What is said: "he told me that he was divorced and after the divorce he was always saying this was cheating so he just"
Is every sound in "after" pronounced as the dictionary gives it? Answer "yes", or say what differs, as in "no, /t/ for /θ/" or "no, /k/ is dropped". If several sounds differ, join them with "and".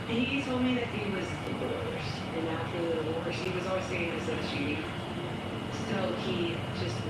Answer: no, /f/ is dropped